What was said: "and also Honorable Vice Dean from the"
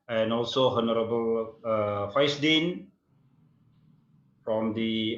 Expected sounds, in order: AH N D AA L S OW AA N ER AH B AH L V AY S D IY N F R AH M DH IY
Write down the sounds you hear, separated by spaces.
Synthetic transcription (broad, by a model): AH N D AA L S OW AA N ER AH B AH L F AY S D IY N F R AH M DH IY